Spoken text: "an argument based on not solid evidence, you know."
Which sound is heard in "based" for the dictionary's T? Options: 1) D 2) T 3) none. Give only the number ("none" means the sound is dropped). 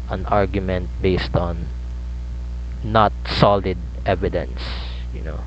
2